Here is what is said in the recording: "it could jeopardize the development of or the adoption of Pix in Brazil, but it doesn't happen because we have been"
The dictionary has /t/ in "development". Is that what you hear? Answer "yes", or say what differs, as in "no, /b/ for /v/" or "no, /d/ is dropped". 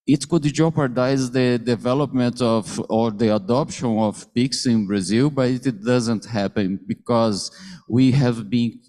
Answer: yes